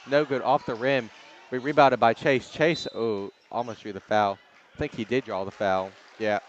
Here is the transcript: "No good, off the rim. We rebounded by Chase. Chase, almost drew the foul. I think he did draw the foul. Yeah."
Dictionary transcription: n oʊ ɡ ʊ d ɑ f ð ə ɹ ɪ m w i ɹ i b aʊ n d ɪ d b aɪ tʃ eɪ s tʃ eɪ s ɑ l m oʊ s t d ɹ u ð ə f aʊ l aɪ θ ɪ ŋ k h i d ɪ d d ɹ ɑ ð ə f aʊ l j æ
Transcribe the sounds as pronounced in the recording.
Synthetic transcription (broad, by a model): n oʊ ɡ ʊ d ɑ f ð ə ɹ ɪ m w i ɹ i b aʊ d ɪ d b aɪ tʃ eɪ s tʃ eɪ s ɑ l m oʊ s t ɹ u ð ə f aʊ l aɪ θ ɪ ŋ k h i d ɪ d d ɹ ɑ ð ə f aʊ l j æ